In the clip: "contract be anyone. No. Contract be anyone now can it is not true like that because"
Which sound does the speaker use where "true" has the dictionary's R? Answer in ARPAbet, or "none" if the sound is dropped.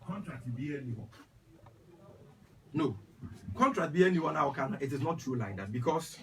none